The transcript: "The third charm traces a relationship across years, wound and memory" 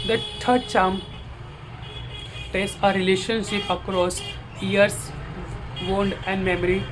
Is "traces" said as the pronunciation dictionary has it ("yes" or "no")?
no